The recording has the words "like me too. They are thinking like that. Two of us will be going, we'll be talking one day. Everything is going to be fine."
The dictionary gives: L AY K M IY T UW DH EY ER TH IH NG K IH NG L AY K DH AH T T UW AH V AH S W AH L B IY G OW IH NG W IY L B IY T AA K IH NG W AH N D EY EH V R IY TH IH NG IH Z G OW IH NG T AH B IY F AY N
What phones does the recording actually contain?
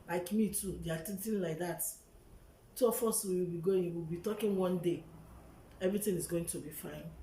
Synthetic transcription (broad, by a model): L AY K M IY T UW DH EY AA T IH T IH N L AY K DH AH T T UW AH F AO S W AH W B IY G OW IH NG W IY L B IY T AA K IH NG W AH N D EY EH V R IY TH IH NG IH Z G OW IH NG T AH B IY F AY N